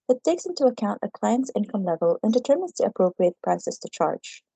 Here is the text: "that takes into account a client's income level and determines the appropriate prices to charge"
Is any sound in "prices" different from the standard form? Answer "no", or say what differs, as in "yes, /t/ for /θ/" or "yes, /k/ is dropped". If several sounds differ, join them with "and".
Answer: yes, /s/ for /z/